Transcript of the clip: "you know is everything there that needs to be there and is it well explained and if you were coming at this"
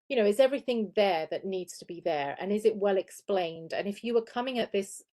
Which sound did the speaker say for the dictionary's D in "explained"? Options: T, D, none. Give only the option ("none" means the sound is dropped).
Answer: D